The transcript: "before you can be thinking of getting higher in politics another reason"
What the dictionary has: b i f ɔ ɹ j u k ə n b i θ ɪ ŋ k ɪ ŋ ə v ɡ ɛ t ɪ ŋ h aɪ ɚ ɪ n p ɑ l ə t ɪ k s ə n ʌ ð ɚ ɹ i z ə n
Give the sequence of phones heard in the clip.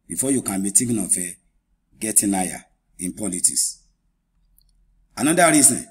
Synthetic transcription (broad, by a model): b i f ɔ j u k ə n b i t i k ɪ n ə f ɡ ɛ t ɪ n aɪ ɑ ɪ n p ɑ l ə t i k s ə n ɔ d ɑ ɹ i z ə n